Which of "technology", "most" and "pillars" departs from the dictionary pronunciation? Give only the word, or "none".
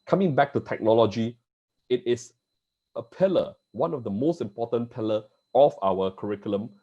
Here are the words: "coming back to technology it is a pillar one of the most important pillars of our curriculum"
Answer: pillars